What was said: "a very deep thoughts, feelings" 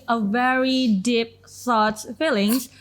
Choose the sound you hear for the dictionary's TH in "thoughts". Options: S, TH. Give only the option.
S